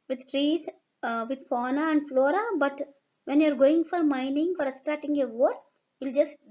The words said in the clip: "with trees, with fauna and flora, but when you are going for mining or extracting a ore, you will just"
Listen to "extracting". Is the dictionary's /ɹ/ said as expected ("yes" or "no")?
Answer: no